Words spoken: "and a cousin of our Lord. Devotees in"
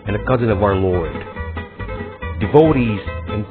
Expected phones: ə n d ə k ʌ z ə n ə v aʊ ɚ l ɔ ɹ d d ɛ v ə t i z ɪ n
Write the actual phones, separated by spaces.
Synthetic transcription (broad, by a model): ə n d ə k ʌ z ə n ə v aʊ ɚ l ɔ ɹ d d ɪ v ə t i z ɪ n